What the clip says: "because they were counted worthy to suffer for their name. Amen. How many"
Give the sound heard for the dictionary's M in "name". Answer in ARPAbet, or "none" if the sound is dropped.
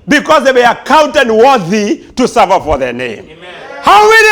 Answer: none